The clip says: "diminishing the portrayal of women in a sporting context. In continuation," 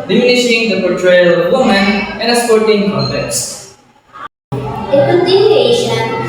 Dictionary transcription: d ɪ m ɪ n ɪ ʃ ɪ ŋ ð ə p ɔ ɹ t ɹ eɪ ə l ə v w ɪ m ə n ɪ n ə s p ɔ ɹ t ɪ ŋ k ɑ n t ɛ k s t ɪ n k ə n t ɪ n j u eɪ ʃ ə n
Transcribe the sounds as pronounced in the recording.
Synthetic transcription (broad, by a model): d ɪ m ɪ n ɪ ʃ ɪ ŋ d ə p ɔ ɹ t ɹ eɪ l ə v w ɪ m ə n ɪ n ə s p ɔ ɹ t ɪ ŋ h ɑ t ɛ s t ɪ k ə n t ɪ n j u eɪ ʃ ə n